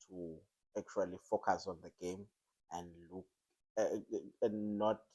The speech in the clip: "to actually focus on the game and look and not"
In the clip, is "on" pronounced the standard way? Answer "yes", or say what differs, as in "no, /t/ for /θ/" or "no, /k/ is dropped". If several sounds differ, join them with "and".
yes